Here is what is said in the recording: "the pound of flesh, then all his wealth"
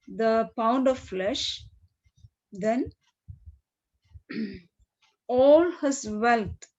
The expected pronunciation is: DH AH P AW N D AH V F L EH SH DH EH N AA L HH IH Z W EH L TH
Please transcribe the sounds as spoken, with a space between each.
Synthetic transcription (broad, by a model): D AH P AW N D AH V F L EH SH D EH N AA L HH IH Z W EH L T